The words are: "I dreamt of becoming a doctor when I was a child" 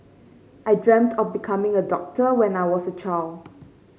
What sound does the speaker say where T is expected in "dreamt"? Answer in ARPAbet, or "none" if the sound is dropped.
T